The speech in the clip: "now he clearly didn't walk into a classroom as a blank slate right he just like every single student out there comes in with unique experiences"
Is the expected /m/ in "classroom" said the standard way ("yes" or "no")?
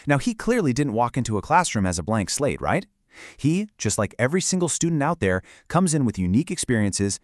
yes